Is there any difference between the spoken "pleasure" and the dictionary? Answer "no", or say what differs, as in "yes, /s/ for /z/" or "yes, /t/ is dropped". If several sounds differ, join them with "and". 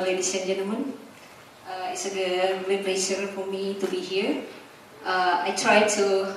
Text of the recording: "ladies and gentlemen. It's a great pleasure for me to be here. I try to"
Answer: yes, /ʃ/ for /ʒ/